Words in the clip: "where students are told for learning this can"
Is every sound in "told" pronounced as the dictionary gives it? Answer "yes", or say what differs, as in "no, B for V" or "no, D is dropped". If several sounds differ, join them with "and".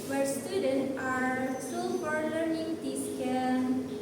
no, S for T